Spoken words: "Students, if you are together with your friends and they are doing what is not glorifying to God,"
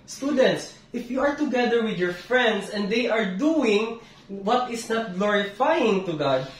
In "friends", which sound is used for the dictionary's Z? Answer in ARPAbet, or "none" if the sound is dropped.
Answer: S